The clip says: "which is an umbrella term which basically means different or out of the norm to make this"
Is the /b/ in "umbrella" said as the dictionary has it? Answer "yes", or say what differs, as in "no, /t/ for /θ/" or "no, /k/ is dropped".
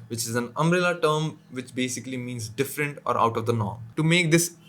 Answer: no, /b/ is dropped